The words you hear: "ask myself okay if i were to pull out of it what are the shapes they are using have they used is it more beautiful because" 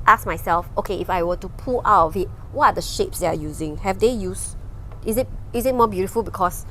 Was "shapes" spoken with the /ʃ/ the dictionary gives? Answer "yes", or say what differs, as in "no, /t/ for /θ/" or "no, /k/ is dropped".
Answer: yes